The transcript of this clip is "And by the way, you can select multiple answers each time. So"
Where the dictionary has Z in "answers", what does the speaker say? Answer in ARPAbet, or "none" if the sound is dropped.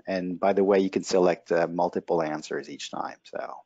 Z